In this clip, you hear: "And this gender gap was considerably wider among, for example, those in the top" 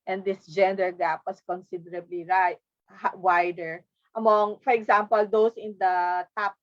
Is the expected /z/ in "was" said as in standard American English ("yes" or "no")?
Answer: no